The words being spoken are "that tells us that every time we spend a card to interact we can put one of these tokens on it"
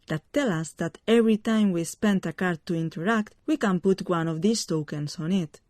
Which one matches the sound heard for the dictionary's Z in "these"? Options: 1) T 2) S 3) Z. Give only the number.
2